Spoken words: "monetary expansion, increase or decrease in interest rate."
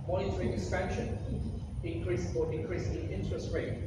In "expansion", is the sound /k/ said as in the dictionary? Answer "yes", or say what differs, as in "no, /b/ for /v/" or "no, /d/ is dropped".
no, /k/ is dropped